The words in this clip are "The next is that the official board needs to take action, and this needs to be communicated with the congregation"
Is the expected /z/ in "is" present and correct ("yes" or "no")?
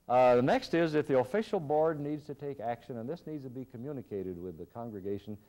yes